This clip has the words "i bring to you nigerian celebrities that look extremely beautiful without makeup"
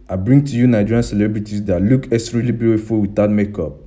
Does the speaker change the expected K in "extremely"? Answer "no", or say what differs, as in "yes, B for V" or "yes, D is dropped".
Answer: yes, K is dropped